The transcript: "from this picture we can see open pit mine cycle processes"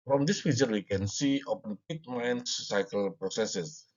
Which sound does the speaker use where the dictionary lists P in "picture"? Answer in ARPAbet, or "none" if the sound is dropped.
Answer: F